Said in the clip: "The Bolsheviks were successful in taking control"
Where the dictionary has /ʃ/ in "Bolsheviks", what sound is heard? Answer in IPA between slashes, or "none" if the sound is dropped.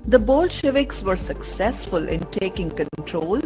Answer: /ʃ/